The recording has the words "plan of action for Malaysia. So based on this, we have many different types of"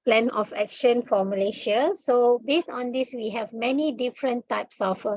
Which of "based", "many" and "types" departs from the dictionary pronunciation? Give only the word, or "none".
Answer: none